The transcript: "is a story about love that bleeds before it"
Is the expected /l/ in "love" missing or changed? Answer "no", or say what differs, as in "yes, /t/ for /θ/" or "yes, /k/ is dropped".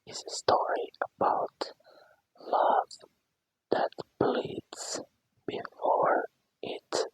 no